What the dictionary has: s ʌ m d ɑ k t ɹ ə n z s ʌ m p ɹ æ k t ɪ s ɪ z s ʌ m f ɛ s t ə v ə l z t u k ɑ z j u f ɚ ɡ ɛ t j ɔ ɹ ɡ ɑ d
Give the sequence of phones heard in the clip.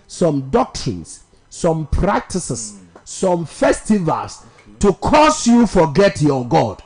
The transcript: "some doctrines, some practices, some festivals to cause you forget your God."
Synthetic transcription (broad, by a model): s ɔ m d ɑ k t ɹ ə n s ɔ m p ɹ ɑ k t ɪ s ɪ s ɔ m f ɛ s t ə v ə l s t u k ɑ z j u f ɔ ɡ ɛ t j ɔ ɡ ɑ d